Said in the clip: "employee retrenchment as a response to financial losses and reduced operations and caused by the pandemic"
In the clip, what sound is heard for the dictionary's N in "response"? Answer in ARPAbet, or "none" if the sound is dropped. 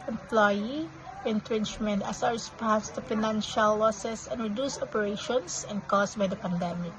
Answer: none